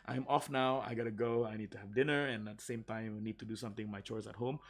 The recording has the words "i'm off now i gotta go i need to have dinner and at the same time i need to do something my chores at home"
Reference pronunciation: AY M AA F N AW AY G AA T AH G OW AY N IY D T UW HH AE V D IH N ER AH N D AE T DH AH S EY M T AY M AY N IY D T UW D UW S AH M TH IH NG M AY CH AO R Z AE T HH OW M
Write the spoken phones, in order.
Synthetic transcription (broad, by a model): AY M AA F N AW AY G AA T AH G OW AY N IY D T UW HH AE V D IH N ER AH N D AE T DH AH S EY M T AY M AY N IY D T UW D UW S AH M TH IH NG M AY CH AO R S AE T HH OW M